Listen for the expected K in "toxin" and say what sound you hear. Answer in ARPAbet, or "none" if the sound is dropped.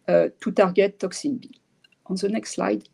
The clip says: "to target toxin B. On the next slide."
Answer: K